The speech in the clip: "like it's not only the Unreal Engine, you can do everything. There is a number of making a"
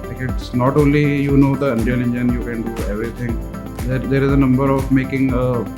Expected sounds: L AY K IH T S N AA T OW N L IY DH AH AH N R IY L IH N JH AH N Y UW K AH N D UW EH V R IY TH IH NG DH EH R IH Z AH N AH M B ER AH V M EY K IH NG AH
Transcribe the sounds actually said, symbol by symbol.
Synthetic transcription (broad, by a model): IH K IH T S N AA T OW N L IY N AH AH N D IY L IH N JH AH N Y UW K AH N D UW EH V R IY T IH NG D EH R IH Z AH N AH M B ER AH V M EY K IH NG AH